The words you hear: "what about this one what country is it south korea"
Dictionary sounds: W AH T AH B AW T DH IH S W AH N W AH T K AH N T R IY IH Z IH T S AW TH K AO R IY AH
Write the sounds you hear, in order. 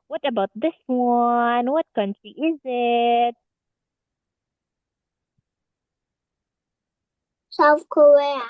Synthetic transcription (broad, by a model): W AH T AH B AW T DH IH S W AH N W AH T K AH N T IY IH Z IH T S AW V K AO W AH